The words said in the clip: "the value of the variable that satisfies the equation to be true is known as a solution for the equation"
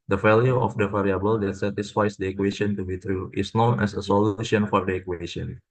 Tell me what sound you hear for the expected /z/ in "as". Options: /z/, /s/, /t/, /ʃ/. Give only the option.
/s/